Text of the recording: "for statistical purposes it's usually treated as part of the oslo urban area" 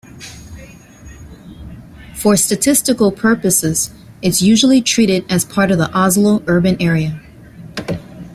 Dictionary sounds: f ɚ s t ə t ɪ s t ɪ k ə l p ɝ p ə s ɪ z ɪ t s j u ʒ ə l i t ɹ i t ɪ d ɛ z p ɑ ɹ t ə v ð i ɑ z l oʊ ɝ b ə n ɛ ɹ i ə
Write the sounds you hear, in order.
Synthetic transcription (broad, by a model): f ɚ s t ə t ɪ s t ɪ k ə l p ɝ p ə s ɪ z ɪ t s j u ʒ l i t ɹ i t ɪ d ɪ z p ɑ ɹ t ə v ð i ɑ z l oʊ ɝ b ə n ɛ ɹ i ə